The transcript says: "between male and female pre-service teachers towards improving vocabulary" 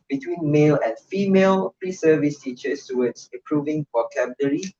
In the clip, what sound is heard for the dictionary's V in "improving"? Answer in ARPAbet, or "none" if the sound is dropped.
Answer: V